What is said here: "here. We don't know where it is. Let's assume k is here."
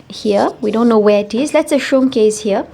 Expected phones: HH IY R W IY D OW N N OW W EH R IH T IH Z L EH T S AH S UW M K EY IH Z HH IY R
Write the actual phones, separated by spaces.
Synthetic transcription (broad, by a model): HH IY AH W IY D OW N N OW W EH IH T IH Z L EH T S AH SH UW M K EY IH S HH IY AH